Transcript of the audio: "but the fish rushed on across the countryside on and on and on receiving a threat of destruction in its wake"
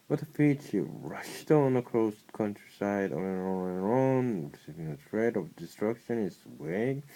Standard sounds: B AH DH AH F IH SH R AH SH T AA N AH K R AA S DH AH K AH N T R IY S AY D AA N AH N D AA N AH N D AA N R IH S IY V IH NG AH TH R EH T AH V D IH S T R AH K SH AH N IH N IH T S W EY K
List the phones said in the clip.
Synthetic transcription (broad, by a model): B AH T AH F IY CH R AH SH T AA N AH K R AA S K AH N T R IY S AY AA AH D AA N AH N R AA N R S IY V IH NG AH T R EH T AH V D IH S T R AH K SH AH IH N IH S W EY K